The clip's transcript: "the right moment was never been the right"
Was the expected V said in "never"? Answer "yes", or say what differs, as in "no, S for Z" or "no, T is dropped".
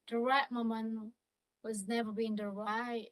yes